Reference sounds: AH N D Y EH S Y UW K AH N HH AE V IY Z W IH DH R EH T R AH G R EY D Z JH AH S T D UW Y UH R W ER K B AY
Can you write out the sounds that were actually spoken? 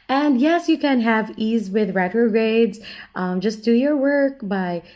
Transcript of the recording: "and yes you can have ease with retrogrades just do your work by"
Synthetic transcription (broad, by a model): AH N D Y EH S Y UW K AH N HH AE V IY Z W IH DH R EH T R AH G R EY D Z JH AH S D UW Y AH R W ER K B AY